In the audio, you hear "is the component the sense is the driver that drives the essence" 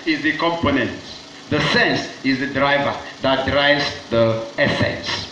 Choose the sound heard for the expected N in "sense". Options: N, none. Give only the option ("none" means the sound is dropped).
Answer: N